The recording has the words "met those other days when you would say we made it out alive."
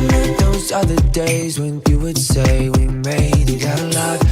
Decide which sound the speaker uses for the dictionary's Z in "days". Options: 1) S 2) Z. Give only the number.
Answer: 2